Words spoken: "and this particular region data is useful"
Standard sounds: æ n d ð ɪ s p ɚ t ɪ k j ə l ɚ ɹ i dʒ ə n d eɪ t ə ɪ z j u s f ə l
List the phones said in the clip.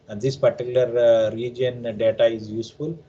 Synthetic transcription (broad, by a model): d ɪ s p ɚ t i k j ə l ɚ ɹ i dʒ ə n d eɪ t ə ɪ z j u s f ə l